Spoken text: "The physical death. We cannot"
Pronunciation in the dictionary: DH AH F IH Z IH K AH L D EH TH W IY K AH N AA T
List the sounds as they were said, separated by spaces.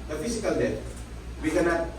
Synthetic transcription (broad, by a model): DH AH F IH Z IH K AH L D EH T W IY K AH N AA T